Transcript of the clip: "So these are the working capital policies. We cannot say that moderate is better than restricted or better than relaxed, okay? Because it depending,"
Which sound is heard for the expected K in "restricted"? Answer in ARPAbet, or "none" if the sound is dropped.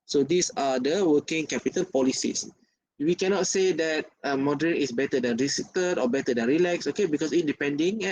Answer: none